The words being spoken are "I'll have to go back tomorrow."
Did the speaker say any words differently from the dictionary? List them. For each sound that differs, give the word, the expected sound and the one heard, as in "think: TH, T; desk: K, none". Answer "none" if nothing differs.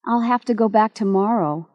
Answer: have: V, F